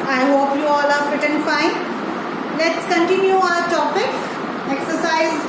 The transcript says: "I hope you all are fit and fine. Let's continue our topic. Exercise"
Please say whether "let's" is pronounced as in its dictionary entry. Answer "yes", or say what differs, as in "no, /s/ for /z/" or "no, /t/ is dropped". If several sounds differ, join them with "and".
yes